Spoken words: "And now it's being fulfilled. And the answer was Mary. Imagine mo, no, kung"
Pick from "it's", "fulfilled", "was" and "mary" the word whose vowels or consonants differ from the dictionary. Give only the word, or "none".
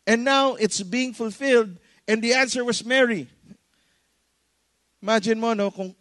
was